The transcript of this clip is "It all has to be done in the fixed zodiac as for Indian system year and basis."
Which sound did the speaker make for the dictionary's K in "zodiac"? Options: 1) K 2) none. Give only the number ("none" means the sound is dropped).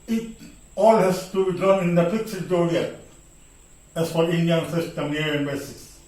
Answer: 2